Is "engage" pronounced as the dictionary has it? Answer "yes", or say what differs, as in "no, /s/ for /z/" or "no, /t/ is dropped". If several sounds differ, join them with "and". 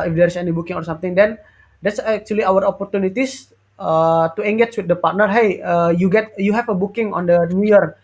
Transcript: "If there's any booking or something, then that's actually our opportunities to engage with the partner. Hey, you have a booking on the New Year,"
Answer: no, /tʃ/ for /dʒ/